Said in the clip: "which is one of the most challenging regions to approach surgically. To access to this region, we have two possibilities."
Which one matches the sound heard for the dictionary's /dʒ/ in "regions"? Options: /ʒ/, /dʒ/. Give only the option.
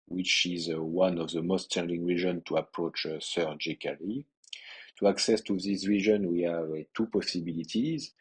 /ʒ/